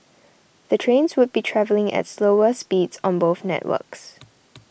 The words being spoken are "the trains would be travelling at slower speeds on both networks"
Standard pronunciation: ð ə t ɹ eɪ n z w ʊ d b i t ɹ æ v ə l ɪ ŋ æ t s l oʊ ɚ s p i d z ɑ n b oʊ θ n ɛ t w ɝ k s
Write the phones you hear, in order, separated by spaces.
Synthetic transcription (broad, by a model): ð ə t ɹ eɪ n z w ʊ d b i t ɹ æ v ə l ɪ ŋ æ t s l oʊ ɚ s p i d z ɑ n b oʊ θ n ɛ t w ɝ k s